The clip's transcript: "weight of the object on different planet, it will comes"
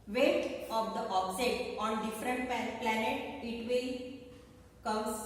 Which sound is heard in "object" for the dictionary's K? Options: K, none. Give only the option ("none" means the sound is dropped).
none